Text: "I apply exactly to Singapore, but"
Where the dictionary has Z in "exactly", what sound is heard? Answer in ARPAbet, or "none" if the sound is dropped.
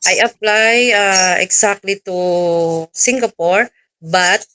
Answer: S